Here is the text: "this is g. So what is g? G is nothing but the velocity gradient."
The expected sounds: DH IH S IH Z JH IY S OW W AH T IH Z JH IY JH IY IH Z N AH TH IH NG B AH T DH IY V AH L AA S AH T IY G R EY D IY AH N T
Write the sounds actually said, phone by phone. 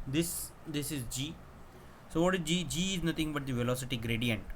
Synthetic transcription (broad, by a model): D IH S IH Z JH IY S OW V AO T IH Z JH IY JH IY IH Z N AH T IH NG B AH T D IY V AH L AA S AH T IY G R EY D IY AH N T